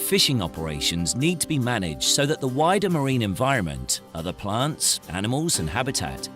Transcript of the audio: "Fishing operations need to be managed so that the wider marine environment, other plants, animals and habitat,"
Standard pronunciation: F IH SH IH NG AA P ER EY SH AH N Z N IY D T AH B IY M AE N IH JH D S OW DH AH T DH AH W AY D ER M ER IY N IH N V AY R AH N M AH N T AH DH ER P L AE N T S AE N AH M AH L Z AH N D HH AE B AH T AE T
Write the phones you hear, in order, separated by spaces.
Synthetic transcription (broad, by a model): F IH SH IH NG AA P ER EY SH AH N Z N IY D T AH B IY M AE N IH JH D S OW DH AH T DH AH W AY D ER M ER IY N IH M V AY R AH N M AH N T AH DH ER P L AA N T S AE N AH M AH L Z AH N HH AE B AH T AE T